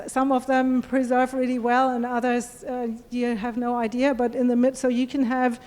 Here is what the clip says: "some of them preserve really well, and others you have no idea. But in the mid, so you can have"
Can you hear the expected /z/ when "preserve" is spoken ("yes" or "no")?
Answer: yes